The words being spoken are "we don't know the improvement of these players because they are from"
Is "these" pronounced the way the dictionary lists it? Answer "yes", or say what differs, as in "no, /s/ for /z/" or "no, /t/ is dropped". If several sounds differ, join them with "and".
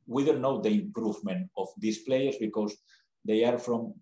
no, /s/ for /z/